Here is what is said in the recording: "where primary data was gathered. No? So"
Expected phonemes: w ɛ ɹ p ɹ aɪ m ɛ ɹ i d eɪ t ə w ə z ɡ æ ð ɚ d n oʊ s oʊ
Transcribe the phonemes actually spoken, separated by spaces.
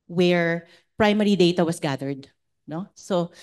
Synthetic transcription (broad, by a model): w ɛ ɹ p ɹ aɪ m ɛ ɹ i d eɪ t ə w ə s ɡ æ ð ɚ d n oʊ s oʊ